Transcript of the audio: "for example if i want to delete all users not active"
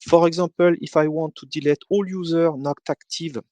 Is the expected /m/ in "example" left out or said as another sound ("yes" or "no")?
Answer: yes